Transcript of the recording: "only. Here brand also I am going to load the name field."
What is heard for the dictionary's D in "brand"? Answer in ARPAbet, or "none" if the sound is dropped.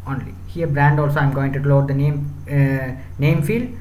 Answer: D